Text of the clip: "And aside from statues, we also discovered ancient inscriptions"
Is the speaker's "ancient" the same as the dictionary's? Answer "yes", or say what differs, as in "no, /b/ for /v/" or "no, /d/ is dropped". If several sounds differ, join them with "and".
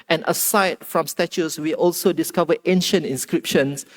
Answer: yes